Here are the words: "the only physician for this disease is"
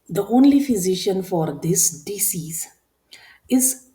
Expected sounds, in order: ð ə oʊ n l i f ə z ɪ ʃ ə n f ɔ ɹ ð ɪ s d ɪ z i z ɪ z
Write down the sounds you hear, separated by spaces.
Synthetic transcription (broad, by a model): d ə oʊ n l i f ə z ɪ ʃ ə n f ɔ ɹ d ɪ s d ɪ s i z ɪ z